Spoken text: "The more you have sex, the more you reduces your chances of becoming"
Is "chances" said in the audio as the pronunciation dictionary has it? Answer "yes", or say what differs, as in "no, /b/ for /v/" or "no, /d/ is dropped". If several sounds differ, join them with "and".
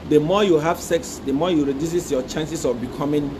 no, /s/ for /z/